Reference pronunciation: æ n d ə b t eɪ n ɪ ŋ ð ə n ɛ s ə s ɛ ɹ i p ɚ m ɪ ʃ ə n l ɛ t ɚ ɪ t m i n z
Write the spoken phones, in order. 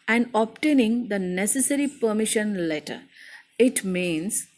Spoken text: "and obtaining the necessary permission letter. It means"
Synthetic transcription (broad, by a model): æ n d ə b t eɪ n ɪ ŋ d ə n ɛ s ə s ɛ ɹ i p ɚ m ɪ ʃ ə n l ɛ t ɚ ɪ t m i n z